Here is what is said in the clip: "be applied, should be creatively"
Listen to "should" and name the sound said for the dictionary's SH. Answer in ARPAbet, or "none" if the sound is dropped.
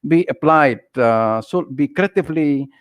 S